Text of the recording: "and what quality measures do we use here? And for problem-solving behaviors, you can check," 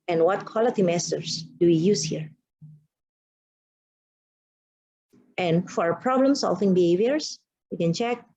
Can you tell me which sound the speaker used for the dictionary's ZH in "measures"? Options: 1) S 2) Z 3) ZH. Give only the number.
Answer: 1